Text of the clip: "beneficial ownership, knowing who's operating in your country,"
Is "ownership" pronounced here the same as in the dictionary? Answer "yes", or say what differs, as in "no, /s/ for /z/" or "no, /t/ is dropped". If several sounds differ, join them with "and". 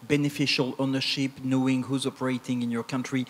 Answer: yes